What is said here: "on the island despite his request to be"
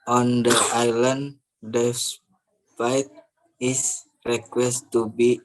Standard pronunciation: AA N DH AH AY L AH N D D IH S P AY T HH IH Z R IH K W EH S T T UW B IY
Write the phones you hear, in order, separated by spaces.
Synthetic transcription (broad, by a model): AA N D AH AY L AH N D D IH S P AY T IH S R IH K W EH S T T UW B IY